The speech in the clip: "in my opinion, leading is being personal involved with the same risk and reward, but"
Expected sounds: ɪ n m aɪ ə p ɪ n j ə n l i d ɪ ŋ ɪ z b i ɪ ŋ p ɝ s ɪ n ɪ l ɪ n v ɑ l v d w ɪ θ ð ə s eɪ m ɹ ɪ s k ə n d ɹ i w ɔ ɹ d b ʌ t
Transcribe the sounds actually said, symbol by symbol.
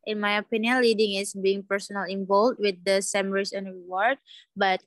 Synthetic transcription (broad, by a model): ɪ n m aɪ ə p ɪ n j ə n l i d ɪ ŋ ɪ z b i ɪ ŋ p ɝ s ɪ n ɪ l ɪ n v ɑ l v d w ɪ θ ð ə s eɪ m ɹ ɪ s ə n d ɹ i w ɔ ɹ d b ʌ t